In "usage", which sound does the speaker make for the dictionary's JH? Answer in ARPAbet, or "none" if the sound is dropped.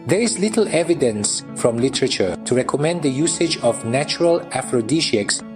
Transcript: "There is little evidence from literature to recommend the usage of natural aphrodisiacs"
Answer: JH